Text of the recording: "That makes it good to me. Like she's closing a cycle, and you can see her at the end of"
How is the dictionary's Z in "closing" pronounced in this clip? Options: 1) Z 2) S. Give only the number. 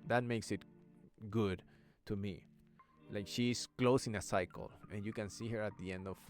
2